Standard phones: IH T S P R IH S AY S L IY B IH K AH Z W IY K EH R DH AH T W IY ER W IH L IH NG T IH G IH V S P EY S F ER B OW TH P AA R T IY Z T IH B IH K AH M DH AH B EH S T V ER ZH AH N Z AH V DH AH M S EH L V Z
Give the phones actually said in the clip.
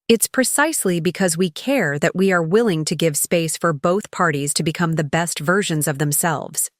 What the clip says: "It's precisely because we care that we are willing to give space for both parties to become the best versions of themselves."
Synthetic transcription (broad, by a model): IH T S P R IH S AY S L IY B IH K AH Z W IY K EH R DH AH T W IY ER W IH L IH NG T IH G IH V S P EY S F ER B OW TH P AA R T IY Z T IH B IH K AH M DH AH B EH S T V ER ZH AH N Z AH V DH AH M S EH L V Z